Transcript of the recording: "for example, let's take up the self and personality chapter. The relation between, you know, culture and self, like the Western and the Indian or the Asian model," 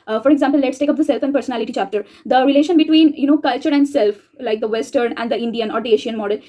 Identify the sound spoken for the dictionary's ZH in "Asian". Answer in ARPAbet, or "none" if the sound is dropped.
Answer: SH